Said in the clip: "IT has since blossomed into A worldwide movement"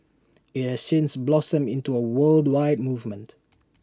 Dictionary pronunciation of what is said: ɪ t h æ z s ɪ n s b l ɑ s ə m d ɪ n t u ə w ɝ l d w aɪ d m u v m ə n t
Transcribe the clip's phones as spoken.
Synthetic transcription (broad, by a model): ɪ t h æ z s ɪ n s b l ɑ s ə m ɪ n t u ə w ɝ l d w aɪ d m u v m ə n t